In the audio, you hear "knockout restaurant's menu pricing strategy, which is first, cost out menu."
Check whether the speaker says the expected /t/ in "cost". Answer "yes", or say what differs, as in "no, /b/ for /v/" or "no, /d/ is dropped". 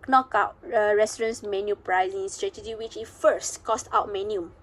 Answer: yes